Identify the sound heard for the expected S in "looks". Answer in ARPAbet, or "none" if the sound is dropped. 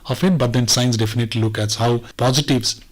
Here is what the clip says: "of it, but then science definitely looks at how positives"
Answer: none